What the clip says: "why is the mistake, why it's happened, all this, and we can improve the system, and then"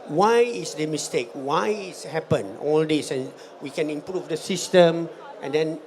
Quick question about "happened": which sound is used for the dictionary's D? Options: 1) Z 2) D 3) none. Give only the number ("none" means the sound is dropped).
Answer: 3